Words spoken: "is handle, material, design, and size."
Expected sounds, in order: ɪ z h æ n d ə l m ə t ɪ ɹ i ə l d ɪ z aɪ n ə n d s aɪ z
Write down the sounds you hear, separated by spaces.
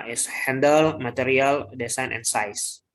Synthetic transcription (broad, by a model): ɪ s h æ n d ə l m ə t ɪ ɹ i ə l d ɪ s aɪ n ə n s aɪ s